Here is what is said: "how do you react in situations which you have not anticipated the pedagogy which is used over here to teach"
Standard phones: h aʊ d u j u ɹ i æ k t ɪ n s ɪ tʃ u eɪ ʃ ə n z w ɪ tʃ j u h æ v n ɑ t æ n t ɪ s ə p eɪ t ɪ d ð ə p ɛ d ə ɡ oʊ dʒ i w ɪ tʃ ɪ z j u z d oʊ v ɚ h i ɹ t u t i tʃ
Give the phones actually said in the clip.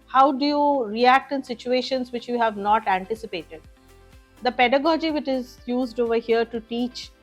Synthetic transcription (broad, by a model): h aʊ d u j u ɹ i æ k t ɪ n s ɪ tʃ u eɪ ʃ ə n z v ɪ tʃ j u h æ v n ɑ t æ n t ɪ s ə p eɪ t ɪ d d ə p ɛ d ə ɡ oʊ dʒ i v ɪ tʃ ɪ z j u z d oʊ v ɚ h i ɹ t u t i tʃ